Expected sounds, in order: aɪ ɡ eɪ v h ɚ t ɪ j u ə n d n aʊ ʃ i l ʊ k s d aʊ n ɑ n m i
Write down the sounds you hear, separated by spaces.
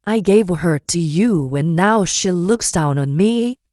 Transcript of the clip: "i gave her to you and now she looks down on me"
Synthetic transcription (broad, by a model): aɪ ɡ eɪ v h ɚ t ɪ j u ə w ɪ n aʊ ʃ i l ʊ k s d aʊ n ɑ n m i